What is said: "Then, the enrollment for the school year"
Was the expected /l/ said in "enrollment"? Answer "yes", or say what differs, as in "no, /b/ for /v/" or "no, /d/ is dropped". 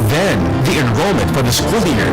yes